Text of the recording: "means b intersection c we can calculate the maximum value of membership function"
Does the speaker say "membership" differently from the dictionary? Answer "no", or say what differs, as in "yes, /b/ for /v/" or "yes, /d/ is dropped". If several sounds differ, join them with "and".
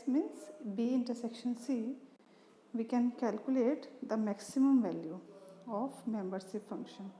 yes, /s/ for /ʃ/